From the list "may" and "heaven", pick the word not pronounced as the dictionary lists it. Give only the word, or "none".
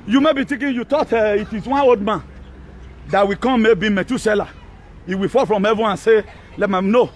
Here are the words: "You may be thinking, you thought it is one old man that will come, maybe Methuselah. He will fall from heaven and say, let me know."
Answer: heaven